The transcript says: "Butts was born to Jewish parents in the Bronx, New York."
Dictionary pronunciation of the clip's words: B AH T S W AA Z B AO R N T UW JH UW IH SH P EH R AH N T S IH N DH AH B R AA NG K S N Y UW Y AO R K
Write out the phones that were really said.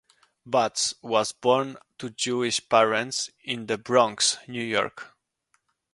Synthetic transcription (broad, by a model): B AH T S W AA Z B AO R N T UW JH UW IH SH P EH R AH N T S IH N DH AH B R AA NG K S N Y UW Y AO R K